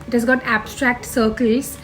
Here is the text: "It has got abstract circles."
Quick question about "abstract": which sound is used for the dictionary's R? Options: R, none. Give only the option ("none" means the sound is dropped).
R